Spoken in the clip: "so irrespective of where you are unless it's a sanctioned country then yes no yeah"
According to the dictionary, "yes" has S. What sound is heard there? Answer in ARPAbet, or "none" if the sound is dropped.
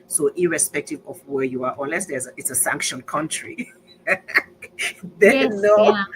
none